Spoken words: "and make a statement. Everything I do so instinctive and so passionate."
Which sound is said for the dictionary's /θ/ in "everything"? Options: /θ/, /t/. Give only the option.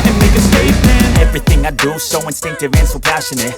/θ/